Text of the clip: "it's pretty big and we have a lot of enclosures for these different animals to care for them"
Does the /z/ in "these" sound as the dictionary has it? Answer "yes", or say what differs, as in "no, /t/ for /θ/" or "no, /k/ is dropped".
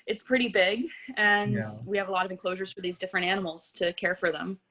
yes